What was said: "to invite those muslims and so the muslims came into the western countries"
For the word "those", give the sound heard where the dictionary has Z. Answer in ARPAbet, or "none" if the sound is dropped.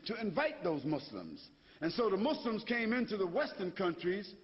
Z